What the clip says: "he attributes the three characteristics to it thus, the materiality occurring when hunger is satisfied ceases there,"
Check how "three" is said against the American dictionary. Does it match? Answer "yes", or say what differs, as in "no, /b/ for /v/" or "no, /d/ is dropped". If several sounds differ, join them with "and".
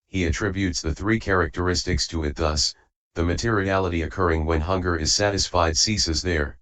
yes